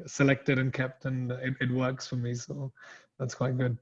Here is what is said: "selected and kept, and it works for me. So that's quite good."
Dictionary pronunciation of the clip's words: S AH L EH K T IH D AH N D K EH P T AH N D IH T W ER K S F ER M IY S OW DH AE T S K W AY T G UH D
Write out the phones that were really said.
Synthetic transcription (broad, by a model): S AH L EH K T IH D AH N K EH P T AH N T IH T W ER K S F ER M IY S OW DH AE T S K W AY T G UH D